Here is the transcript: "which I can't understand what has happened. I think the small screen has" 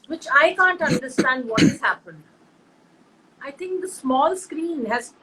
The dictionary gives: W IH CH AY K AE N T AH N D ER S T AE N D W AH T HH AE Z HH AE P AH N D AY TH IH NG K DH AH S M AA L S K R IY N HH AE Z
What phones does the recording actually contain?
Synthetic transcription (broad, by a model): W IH CH AY K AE N T AH N D ER S T AE N D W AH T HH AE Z HH AE P AH N D AY T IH NG K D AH S M AA L S K R IY N HH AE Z